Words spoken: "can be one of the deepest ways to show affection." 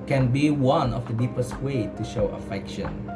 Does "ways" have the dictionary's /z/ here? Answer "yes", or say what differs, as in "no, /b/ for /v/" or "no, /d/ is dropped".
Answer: no, /z/ is dropped